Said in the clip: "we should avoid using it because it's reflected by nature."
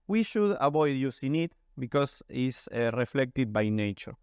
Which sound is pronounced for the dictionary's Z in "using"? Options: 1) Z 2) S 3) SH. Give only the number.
2